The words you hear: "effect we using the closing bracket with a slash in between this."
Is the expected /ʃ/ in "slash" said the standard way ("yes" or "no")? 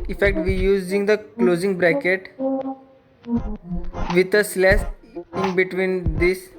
no